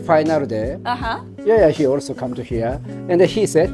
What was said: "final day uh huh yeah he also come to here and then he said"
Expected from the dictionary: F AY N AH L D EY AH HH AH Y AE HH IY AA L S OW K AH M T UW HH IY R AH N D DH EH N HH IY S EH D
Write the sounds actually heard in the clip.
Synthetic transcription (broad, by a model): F AY N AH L D EY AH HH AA Y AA HH IY AA L S OW K AH M T UW HH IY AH AH N D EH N HH IY S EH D